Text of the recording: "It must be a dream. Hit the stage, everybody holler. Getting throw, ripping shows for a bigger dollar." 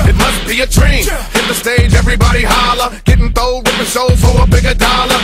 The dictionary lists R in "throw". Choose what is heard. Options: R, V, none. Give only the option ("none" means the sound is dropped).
none